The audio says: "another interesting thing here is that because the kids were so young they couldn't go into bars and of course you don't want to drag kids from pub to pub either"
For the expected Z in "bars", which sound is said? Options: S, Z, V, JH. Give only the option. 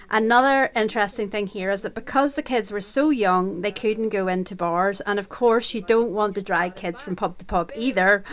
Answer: Z